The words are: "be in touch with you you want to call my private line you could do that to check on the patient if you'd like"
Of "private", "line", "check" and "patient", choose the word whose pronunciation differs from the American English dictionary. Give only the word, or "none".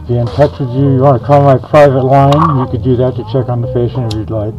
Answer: patient